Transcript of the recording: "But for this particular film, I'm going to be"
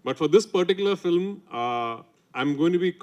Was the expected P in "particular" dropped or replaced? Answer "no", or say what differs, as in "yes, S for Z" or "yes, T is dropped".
no